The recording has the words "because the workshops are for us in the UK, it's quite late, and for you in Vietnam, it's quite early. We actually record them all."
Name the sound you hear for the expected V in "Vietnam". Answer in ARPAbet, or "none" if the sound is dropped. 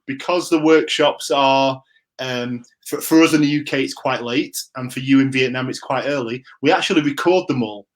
V